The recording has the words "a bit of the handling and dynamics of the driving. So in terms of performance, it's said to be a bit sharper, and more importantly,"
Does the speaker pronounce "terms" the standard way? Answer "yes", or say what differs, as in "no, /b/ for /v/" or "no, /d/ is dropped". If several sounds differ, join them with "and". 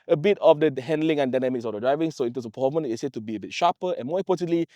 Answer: no, /s/ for /z/